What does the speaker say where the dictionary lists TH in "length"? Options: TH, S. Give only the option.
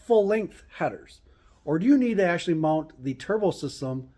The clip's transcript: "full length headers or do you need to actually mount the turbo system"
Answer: TH